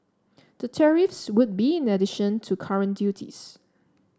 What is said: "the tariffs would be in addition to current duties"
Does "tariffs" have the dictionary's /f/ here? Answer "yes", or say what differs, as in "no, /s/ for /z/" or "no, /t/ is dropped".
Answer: yes